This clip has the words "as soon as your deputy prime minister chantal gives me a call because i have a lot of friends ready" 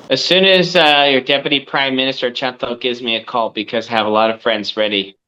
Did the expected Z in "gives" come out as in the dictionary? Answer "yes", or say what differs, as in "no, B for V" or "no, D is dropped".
yes